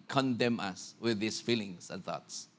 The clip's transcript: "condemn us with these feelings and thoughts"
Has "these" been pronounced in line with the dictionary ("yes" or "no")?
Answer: no